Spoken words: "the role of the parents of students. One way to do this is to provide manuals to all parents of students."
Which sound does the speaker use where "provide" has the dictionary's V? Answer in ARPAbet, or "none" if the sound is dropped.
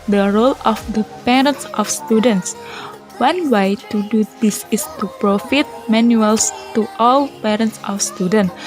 F